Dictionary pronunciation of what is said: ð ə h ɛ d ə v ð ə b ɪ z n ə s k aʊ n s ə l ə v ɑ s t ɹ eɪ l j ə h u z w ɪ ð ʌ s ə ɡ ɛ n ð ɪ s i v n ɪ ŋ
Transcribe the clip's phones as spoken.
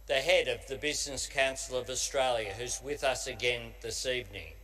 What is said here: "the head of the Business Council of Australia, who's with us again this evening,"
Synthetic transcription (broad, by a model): ð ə h ɛ d ə v ð ə b ɪ z n ə s k aʊ n s l ə v ɑ s t ɹ eɪ l j ə h u z w ɪ ð ʌ s ə ɡ ɛ n ð ɪ s i v n ɪ ŋ